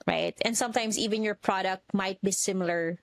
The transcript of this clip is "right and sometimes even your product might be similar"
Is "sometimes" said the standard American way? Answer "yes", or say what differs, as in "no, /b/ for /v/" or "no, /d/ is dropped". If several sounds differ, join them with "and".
no, /s/ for /z/